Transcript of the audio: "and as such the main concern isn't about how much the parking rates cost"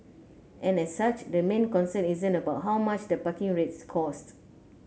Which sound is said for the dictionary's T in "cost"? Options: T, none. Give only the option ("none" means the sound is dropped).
T